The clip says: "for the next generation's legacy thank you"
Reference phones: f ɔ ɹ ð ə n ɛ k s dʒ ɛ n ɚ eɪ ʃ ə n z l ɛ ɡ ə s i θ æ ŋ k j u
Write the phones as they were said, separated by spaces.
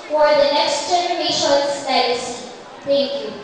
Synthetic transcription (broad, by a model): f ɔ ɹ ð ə n ɛ k s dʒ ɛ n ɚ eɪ ʃ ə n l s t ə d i s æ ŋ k j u